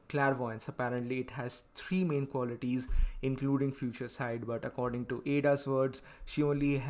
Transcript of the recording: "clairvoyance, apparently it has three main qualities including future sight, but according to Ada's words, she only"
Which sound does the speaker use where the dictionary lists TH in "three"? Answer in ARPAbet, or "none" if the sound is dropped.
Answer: T